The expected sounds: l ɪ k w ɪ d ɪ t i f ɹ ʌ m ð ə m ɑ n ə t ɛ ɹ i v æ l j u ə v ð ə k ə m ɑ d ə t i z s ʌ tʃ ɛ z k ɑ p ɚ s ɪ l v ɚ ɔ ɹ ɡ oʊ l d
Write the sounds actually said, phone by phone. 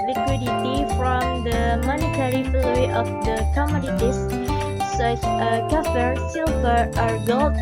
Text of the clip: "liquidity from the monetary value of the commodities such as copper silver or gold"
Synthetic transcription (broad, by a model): l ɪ k w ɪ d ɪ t i f ɹ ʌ m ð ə m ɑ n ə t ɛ ɹ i f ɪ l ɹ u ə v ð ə k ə m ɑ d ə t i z s ʌ tʃ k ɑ f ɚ s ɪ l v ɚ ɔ ɹ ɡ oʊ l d